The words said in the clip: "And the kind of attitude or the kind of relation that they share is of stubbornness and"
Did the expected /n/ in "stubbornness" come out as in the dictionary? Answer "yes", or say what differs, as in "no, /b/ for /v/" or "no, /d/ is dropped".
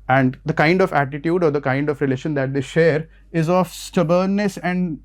no, /l/ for /n/